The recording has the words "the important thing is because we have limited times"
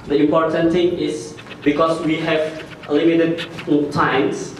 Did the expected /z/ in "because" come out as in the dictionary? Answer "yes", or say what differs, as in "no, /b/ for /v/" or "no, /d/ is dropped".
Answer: no, /s/ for /z/